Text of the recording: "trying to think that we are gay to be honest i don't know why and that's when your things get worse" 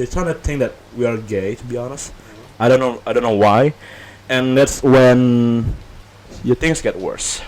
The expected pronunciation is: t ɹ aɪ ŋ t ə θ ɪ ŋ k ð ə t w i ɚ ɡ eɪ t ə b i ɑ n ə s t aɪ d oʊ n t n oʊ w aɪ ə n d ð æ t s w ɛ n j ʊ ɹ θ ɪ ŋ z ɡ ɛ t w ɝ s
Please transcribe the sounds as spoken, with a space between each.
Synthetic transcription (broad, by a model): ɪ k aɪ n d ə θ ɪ ŋ ð ə t w i ɚ ɡ eɪ t ə b i ɑ n ə s t aɪ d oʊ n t n oʊ w aɪ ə n ð æ t s w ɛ n j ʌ ɹ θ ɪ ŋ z ɡ ɛ t w ɝ s